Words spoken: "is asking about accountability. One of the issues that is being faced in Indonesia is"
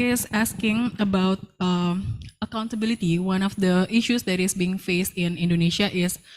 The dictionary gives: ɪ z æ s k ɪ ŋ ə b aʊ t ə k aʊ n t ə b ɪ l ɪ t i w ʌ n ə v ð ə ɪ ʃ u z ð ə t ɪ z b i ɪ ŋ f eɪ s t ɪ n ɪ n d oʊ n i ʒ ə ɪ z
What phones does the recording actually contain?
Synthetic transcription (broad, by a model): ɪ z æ s k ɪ ŋ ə b aʊ t ə k aʊ n t ə b ɪ l ɪ t i w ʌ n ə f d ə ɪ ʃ u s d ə t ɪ s b i ɪ ŋ f eɪ s t ɪ n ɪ n d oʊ n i ʃ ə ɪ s